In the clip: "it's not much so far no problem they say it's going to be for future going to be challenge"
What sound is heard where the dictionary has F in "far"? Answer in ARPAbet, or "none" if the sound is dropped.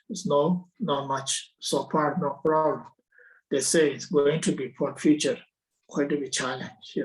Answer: P